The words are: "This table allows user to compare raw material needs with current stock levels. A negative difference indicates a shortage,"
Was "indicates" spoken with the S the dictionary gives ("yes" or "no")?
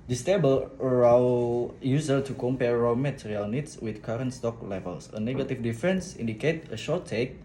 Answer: no